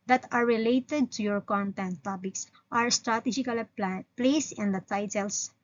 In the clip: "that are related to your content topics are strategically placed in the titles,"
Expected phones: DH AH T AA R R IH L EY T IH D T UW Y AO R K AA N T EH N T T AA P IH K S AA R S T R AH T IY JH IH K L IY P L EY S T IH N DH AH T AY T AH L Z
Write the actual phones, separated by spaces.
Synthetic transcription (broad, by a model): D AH T AA R R IH L EY T IH D T UW Y AO R K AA N T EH N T T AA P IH K S AA R S T R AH T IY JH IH K L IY P L EY S IH N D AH T AY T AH L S